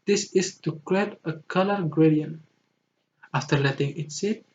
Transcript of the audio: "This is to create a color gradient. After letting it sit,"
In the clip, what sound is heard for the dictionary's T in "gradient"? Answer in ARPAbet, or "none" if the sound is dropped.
none